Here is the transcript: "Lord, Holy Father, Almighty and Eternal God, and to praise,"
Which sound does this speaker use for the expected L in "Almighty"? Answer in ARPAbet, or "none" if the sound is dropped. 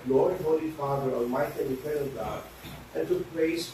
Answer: none